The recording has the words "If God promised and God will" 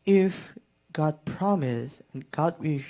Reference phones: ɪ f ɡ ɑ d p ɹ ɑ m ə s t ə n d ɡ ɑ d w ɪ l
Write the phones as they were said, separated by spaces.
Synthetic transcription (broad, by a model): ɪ f ɡ ɑ d p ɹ ɑ m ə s ə n ɡ ɑ d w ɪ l